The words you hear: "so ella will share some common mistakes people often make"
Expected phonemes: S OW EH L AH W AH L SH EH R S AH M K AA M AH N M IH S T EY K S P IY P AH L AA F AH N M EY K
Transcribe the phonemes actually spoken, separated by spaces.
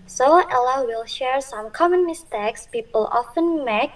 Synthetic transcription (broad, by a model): S OW EH L AH W AH L SH EH R S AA M K AA M AH N M IH S T EY K S P IY P AH L AA F AH N M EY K